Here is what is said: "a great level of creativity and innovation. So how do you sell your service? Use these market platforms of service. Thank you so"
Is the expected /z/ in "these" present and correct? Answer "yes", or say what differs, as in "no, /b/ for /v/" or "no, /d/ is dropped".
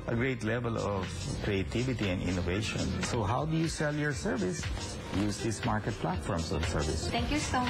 no, /s/ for /z/